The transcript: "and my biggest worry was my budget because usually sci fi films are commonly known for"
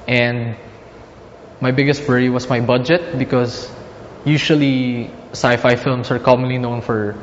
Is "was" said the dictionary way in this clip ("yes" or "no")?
no